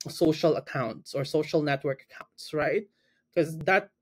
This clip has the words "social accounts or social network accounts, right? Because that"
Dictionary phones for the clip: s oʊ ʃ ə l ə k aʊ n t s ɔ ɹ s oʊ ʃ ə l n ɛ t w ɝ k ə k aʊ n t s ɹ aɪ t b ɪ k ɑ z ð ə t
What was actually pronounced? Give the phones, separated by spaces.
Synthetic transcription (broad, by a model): s oʊ ʃ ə l ə k aʊ n t s ɔ ɹ s oʊ ʃ ə l n ɛ t w ɝ k ə k aʊ n t s ɹ aɪ t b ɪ k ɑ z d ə t